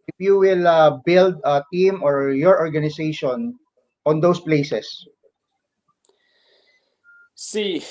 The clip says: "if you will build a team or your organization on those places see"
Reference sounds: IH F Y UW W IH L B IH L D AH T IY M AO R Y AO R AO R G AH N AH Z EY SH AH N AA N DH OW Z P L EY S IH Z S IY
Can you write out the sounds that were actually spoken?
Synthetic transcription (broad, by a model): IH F Y UW W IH L B IH L D AH T IY M AO R Y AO R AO R G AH N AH S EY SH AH N AA N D OW S P L EY S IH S S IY